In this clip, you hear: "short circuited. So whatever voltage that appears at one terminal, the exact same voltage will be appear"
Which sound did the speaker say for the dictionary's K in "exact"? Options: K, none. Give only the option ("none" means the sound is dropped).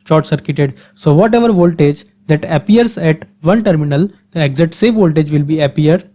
none